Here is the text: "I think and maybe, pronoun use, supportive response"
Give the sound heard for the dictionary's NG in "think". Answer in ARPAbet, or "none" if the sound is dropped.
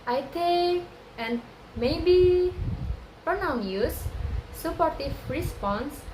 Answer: none